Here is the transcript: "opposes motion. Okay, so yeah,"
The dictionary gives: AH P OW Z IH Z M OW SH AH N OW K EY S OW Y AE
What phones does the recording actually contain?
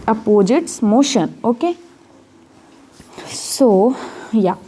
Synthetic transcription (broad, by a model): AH P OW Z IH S M OW SH AH N OW K EY S OW Y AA